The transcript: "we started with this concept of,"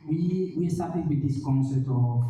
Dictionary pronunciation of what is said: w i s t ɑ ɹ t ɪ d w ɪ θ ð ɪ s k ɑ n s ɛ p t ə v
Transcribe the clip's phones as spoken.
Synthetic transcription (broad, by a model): w i s t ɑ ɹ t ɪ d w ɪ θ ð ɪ s k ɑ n s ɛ t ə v